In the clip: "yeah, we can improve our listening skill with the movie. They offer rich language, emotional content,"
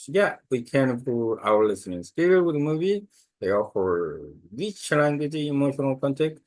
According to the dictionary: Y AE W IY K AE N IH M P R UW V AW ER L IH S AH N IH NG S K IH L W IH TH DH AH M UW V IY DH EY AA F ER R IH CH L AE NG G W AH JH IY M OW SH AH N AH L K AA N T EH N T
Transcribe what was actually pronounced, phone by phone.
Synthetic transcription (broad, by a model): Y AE W IY K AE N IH P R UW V AW ER L IH S AH N IH NG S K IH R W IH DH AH M UW V IY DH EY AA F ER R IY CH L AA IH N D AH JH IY M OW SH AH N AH L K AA N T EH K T